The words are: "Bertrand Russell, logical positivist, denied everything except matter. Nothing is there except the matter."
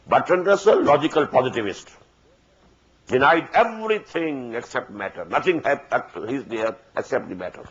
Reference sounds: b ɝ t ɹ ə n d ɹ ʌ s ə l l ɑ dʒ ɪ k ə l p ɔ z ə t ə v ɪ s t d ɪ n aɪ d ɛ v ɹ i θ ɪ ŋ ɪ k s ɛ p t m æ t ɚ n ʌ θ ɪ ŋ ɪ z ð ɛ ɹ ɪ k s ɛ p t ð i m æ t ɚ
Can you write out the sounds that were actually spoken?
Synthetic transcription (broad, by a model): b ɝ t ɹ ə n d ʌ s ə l l ɑ dʒ ɪ k ə l p ɔ z ə t ə v ɪ s t d ɪ n aɪ d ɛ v ɹ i t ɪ ŋ ɪ k s ɛ p t m æ t ɚ n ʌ t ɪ ŋ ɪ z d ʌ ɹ ɪ k s ɛ p t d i m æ t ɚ